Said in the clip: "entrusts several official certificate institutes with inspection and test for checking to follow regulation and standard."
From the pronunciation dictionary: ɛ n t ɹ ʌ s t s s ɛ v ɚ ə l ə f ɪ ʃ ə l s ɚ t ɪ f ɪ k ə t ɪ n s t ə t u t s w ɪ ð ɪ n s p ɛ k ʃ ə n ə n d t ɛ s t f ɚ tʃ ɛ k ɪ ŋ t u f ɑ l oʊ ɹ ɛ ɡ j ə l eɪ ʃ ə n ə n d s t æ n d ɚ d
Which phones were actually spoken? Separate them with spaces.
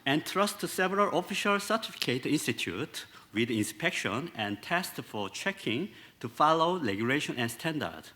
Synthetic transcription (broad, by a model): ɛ n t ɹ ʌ s t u s ɛ v ɚ ə l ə f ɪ ʃ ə l s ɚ t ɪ f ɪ k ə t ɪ n s t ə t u t w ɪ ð ɪ n s p ɛ k ʃ ə n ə n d t ɛ s t f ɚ tʃ ɛ k ɪ ŋ t u f ɑ l oʊ l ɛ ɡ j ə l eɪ ʃ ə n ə n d s t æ n d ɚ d